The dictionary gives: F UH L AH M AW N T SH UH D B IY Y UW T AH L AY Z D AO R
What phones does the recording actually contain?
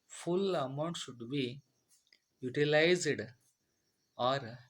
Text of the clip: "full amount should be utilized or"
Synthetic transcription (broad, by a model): F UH L AH M AW N T SH UH D B IY Y UW T AH L AY Z D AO R